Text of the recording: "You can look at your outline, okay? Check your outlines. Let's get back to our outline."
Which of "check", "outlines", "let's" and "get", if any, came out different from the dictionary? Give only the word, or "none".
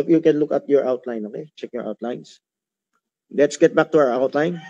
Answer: outlines